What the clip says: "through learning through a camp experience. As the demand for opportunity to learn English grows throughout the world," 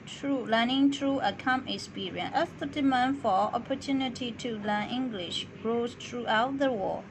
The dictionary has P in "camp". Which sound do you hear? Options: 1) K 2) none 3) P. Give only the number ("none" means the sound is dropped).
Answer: 2